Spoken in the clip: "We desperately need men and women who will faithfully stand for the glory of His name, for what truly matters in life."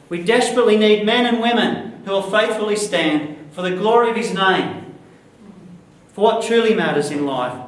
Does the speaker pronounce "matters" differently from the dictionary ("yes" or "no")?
no